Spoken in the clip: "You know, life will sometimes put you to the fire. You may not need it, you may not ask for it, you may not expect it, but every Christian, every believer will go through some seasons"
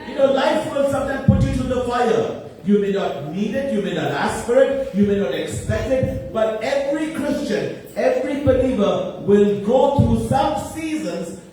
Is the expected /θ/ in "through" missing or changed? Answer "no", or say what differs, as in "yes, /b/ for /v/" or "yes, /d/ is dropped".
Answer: yes, /t/ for /θ/